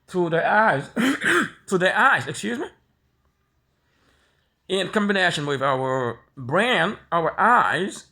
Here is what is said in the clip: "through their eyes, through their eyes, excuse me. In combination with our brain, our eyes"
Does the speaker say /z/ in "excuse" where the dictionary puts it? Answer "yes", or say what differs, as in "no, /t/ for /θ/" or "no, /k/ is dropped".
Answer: yes